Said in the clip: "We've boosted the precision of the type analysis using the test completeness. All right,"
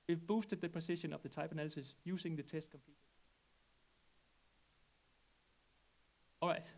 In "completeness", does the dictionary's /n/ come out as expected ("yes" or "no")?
no